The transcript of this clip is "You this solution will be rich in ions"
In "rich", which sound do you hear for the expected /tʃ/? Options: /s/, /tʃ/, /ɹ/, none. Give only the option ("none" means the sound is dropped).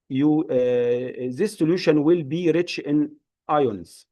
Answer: /tʃ/